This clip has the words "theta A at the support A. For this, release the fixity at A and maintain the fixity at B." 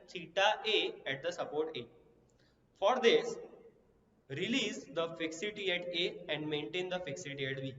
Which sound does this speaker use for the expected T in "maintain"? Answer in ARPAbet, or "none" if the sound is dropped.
T